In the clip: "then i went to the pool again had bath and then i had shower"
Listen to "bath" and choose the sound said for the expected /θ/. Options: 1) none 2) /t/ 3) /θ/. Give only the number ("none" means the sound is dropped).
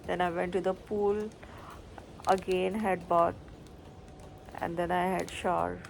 2